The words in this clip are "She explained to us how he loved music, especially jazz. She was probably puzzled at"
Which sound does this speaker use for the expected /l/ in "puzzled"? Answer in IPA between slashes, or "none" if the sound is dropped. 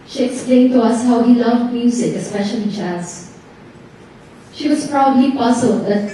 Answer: none